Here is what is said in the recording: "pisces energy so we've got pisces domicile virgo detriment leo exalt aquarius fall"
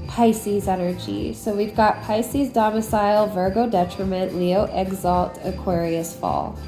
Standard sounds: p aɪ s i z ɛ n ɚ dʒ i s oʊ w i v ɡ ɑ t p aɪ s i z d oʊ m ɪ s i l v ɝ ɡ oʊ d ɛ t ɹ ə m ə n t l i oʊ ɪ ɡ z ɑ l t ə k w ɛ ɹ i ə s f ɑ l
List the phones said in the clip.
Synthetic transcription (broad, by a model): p aɪ s i z ɛ n ɚ dʒ i s oʊ w i v ɡ ɑ t p aɪ s i z d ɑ m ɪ s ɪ l v ɝ ɡ oʊ d ɛ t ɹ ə m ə n t l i oʊ ɪ ɡ z ɑ l t ə k w ɛ ɹ i ə s f ɑ l